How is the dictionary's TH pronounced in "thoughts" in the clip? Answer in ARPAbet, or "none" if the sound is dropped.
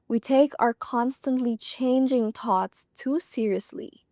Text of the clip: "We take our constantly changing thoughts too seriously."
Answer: T